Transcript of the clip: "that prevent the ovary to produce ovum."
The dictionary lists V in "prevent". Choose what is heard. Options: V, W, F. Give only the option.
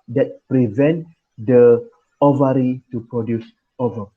V